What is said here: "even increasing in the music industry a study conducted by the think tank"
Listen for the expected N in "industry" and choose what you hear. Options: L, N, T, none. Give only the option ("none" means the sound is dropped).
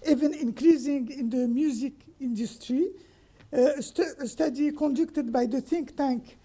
N